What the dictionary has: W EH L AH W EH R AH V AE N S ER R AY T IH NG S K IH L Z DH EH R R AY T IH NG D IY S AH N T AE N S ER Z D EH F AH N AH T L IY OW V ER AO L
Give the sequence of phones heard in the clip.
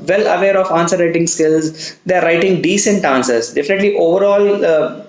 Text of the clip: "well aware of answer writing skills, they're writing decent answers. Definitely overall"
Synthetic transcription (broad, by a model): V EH L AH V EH R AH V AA N S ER R AY T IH NG S K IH L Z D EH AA R AY T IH NG D IY S AH N T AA N S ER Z D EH F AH N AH T L IY OW V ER AO L